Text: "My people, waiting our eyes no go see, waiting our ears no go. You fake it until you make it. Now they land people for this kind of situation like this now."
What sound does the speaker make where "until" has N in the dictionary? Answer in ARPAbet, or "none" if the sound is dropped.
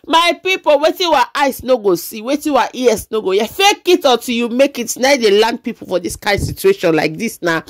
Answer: none